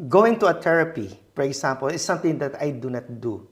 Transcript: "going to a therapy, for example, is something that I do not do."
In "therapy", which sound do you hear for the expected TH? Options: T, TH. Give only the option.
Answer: T